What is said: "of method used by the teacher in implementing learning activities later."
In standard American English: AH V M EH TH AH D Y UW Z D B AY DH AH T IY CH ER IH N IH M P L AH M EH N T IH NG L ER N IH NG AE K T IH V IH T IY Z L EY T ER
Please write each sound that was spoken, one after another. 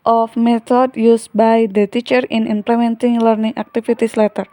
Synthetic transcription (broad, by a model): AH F M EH T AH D Y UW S B AY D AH T IY CH ER IH N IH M P L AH M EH N T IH NG L ER N IH NG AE K T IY F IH T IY S L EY T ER